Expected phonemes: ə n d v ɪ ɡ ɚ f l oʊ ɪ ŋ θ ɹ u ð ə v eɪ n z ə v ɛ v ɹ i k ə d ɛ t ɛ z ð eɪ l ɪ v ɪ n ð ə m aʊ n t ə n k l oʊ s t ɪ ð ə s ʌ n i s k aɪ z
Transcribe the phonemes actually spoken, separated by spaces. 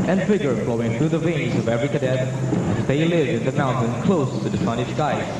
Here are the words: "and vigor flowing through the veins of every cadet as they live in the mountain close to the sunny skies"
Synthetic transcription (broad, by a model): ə n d v ɪ ɡ ɚ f l oʊ ɪ ŋ θ ɹ u ð ə v eɪ n z ə v ɛ v ɹ i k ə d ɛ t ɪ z ð eɪ l ɪ v ɪ n ð ə m aʊ n t ə n k l oʊ s t ɪ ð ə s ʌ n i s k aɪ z